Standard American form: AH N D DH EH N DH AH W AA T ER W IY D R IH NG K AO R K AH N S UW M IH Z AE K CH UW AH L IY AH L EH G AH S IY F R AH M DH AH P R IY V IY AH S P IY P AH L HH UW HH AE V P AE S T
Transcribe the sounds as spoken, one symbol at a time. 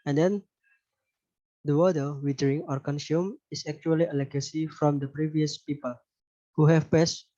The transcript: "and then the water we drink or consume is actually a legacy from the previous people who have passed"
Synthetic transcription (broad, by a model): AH N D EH N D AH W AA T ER W IY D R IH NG AO R K AH N S UW M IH S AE K CH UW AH L IY AH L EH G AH S IY F R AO M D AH P R IY V IY AH S P IY P AH L HH UW HH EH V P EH S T